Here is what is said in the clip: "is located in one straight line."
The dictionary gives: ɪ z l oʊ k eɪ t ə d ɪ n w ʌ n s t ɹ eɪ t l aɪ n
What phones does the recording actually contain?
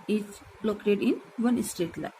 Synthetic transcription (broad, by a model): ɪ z l oʊ k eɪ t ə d ɪ n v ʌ n s t eɪ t l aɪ